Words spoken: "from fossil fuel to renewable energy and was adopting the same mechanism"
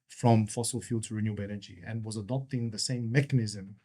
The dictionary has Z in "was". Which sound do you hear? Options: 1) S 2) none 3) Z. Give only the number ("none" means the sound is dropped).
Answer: 3